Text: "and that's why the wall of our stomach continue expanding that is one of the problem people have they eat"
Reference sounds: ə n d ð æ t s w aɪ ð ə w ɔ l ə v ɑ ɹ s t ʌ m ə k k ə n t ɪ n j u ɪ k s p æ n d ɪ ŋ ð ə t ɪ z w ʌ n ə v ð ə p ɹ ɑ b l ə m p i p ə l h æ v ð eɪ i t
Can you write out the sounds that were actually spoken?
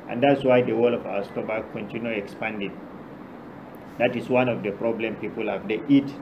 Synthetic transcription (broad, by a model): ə n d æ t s w aɪ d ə w ɔ l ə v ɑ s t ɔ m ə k k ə n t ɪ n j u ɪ k s p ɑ n d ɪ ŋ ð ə t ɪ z w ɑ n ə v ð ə p ɹ ɑ b l ə m p i p ə l h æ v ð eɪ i t